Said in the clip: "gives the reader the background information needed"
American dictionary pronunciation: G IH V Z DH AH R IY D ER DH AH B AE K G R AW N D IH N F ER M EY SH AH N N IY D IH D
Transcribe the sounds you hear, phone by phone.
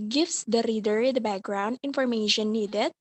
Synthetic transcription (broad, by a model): G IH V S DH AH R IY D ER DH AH B AE K G R AW N D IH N F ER M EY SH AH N N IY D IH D